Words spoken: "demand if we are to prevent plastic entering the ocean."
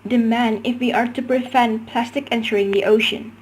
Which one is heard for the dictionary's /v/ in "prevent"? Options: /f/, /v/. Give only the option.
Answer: /f/